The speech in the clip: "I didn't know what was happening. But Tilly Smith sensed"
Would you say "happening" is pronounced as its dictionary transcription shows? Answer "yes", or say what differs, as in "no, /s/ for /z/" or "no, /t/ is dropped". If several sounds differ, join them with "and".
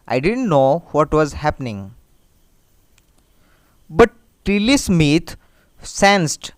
yes